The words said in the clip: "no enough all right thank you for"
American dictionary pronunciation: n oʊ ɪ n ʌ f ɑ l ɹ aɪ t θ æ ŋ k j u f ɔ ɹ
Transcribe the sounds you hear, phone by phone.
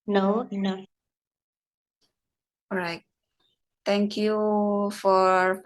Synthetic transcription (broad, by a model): n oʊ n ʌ ɑ ɹ aɪ t t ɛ ŋ k j u f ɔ ɹ